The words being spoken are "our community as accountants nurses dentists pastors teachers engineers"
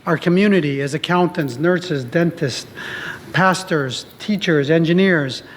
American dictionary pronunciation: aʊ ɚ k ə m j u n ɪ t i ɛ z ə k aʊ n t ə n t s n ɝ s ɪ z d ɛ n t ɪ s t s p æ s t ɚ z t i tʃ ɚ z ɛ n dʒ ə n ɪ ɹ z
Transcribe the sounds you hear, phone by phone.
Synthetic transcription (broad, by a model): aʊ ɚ k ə m j u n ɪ t i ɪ z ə k aʊ n t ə n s n ɝ s ɪ z d ɛ n t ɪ s t p æ s t ɚ z t i tʃ ɚ z ɛ n dʒ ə n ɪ ɹ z